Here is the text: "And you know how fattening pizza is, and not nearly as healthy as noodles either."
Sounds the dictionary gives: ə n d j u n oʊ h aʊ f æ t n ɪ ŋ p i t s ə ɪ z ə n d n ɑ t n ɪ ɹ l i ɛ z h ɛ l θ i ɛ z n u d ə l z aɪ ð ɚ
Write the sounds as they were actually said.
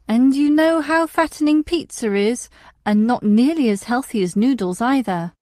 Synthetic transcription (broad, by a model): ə n j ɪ n oʊ h aʊ f æ t n ɪ ŋ p i t s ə ɪ z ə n n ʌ t n ɪ ɹ l i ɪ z h ɛ l θ i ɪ z n u d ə l z aɪ ð ɚ